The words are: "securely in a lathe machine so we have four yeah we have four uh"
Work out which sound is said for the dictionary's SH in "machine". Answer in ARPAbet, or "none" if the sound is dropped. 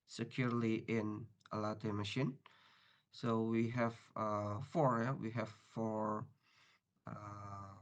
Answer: SH